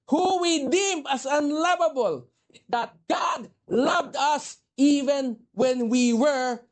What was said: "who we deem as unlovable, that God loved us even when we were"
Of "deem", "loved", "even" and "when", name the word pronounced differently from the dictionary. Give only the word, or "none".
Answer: none